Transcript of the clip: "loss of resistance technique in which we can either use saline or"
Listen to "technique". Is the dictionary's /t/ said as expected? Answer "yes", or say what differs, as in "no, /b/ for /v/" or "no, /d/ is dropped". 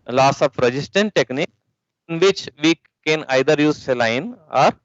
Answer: yes